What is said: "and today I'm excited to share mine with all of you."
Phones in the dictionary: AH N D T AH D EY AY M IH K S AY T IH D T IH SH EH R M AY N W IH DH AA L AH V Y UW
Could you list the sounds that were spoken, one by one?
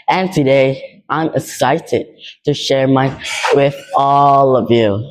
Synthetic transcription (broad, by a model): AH N T AH D EY AY M IH K S AY T IH D T IH SH EH R M AY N W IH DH AA L AH V Y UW